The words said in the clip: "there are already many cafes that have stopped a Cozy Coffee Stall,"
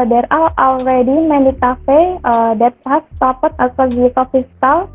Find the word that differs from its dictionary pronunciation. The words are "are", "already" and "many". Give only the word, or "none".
are